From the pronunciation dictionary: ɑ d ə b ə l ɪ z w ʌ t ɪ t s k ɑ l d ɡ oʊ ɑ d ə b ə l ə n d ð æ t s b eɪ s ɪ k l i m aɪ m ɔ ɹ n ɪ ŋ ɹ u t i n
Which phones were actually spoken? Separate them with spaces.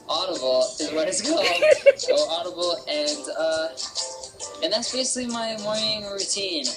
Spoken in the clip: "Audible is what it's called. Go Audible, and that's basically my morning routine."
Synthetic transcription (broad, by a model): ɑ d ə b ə l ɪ w ʌ t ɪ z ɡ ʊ d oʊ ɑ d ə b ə n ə n ð æ t s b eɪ s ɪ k l i m aɪ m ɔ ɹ ɪ ŋ ɹ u t i n